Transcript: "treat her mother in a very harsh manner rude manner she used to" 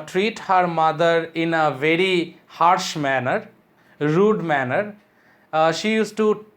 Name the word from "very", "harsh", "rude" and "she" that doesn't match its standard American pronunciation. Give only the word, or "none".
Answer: none